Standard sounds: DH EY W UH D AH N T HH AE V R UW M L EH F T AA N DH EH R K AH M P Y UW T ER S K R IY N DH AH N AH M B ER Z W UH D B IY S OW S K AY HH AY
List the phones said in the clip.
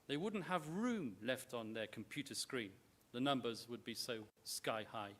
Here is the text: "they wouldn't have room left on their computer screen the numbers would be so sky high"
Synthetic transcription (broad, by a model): DH EY W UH D N T HH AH V R UW M L EH F T N DH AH R K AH M P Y UW T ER S K R IY N DH AH N AH M B ER Z W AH D B IY S OW S K AY HH AY